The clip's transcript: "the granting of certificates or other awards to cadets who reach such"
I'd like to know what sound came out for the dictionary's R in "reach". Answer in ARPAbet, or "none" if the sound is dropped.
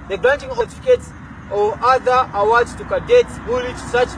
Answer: L